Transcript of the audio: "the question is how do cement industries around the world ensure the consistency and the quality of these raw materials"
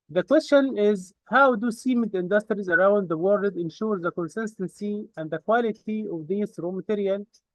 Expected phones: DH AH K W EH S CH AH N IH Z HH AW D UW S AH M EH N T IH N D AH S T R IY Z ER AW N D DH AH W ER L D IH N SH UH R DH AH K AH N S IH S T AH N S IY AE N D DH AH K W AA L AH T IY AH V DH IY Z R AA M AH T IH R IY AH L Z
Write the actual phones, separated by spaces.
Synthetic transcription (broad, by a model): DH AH K W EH S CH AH N IH Z HH AW D UW S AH M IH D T IH N D AH S T R IY Z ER AW N D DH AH W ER L D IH N SH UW R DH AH K AH N S IH S T AH N S IY AE N D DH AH K W AA L AH T IY AH V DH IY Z R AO M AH T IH R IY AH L